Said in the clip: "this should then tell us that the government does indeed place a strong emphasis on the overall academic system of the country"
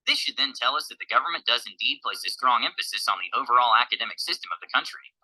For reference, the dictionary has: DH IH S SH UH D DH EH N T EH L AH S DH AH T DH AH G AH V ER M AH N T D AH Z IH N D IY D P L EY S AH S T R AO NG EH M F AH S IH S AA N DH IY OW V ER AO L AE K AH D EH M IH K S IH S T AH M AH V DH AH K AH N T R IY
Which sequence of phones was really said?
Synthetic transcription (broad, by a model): DH IH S SH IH D DH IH N T EH L AH S DH AH T DH AH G AH V ER M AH N D AH Z IH N D IY D P L EY S AH S T R AO NG EH M F AH S IH S N DH IY OW V ER AO L AE K AH D EH M IH K S IH S T AH M AH V DH AH K AH N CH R IY